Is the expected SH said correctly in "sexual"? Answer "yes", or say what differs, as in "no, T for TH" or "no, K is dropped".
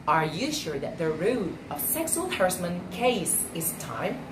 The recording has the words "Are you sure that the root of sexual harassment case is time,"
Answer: no, S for SH